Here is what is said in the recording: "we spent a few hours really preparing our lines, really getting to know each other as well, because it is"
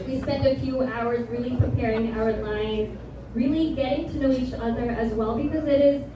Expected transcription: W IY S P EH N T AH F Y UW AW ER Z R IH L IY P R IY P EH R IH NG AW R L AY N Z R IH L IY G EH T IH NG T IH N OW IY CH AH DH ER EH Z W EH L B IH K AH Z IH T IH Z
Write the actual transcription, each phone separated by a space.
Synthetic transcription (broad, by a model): W IY S P EH N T AH F Y UW AW ER Z R IH L IY P R IY P EH R IH NG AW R L AY N Z R IH L IY G EH T IH NG T IH N OW IY CH AH DH ER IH Z W EH L B IH K AH Z IH T IH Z